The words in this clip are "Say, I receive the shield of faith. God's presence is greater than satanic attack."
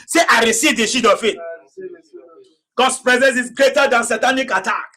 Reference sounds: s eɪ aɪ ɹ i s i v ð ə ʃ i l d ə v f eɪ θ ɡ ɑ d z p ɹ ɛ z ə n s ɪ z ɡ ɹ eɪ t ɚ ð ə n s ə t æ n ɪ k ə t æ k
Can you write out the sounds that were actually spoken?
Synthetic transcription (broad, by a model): s eɪ aɪ ɹ i s i v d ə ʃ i d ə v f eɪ t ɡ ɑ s p ɹ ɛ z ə n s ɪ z ɡ ɹ eɪ t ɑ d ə n s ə t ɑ n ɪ k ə t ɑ k